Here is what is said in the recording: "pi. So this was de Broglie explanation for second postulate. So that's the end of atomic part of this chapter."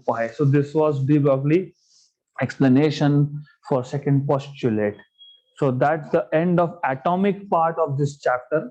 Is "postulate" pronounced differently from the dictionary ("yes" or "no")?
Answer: no